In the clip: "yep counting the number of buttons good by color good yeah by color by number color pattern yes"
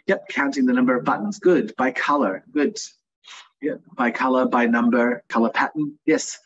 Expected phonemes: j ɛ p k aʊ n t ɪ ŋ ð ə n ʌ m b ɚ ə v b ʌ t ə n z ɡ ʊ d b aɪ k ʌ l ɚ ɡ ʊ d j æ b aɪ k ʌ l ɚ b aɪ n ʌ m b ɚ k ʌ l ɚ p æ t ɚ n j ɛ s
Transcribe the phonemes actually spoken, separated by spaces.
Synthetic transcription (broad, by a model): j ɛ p k aʊ n t ɪ ŋ ð ə n ʌ m b ɚ ə v b ʌ t n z ɡ ʊ d b aɪ k ʌ l ɚ ɡ ʊ d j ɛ b aɪ k ʌ l ɚ b aɪ n ʌ m b ɚ k ʌ l ɚ p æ t n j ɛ s